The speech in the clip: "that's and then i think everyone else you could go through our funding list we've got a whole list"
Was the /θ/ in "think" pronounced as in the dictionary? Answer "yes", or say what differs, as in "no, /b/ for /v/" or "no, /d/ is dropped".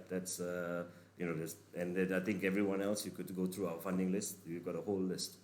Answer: no, /t/ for /θ/